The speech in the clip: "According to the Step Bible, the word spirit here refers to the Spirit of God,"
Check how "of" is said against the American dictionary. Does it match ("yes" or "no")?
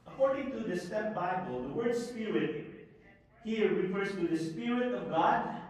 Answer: yes